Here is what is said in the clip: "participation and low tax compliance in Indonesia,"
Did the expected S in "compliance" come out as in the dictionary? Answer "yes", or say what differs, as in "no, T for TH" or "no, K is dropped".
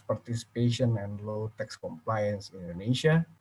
yes